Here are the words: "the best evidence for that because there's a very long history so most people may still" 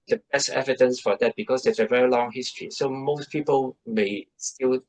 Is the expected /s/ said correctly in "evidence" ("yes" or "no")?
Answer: yes